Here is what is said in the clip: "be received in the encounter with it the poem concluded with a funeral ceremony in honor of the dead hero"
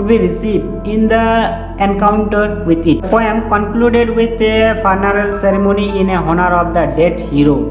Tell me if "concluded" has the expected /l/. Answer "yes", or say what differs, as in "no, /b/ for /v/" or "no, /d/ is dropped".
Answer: yes